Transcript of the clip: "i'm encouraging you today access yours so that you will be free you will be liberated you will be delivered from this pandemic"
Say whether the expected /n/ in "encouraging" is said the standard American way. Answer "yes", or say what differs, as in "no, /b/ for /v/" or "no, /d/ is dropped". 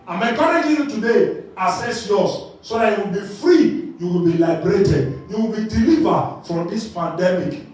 no, /n/ is dropped